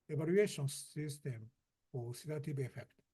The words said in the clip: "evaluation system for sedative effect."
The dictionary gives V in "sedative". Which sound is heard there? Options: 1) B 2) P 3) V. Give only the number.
1